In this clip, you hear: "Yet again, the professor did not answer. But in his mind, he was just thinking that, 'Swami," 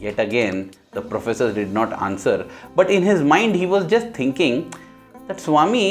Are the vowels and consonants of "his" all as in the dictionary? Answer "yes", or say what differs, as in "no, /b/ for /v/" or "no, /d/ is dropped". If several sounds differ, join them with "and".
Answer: yes